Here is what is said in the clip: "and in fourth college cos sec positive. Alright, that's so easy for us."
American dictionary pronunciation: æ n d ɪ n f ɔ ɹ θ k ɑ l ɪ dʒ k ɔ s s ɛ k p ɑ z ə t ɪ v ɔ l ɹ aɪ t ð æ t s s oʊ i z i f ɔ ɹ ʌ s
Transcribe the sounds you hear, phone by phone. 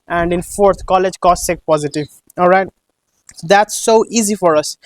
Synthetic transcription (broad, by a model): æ n d ɪ n f ɔ ɹ t k ɑ l ɪ dʒ k ɔ s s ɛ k p ɑ z ə t ɪ v ɔ l ɹ aɪ t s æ t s s oʊ i z i f ɔ ɹ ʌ s